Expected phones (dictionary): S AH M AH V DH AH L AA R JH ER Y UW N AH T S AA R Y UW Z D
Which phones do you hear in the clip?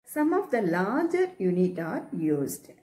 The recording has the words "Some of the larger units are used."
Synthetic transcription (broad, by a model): S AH M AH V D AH L AA R JH ER Y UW N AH T AA R Y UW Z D